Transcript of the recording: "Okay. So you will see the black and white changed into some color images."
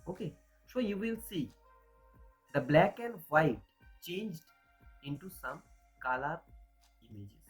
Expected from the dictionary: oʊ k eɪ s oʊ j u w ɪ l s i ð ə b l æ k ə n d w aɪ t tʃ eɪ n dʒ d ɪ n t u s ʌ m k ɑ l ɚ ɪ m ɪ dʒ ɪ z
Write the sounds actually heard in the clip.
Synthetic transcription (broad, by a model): oʊ k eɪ s oʊ j u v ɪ l s i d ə b l æ k ə n d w aɪ t tʃ eɪ n dʒ d ɪ n t u s ʌ m k ɑ l ɚ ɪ m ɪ dʒ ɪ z